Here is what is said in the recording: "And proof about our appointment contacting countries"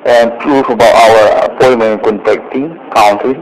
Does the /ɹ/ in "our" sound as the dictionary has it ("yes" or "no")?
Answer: no